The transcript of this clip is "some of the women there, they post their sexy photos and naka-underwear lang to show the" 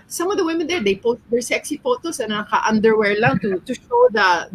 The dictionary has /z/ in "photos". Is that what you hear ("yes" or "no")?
no